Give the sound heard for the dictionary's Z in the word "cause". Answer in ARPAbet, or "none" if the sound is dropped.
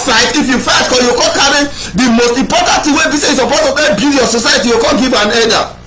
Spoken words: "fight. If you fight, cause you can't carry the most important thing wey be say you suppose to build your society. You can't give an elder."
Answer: none